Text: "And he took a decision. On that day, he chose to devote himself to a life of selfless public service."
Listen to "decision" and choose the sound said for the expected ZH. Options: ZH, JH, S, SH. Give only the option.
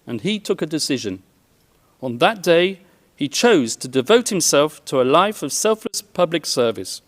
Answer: ZH